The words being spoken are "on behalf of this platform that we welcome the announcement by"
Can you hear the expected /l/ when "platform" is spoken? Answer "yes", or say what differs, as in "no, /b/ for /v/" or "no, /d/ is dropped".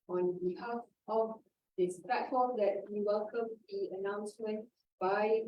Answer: no, /l/ is dropped